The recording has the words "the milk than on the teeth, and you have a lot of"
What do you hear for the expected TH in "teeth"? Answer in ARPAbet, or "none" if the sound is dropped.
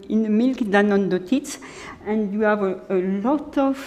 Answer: S